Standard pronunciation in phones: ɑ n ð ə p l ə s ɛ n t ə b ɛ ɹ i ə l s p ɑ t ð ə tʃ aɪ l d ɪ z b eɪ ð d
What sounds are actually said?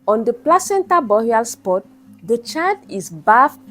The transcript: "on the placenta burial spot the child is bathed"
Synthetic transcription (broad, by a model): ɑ n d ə p l ə s ɛ n t ə b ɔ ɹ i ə l s p ɑ t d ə tʃ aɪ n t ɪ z b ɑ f